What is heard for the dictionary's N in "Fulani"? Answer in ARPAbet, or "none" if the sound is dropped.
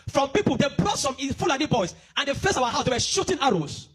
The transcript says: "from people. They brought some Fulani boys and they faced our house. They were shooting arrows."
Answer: L